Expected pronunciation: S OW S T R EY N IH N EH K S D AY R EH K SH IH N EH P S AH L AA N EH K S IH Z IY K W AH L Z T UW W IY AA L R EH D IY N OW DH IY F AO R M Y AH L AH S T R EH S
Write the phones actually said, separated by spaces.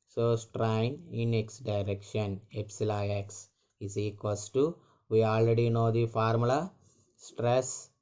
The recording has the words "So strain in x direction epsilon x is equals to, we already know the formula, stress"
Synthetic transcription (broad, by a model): S OW S T R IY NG IH N EH K S D AY R EH K SH IH N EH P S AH L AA EH K S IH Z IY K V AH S T UW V IY AA L R EH D IY N OW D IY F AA R M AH L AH S T R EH S